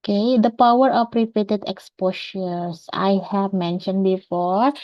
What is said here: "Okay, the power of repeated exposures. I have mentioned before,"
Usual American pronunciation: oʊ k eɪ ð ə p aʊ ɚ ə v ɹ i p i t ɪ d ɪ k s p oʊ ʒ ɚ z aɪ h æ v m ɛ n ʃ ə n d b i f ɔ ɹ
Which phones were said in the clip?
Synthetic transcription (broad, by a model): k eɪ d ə p aʊ ɚ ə f ɹ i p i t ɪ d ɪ k s p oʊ ʃ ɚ s aɪ h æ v m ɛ n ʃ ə n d b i f ɔ ɹ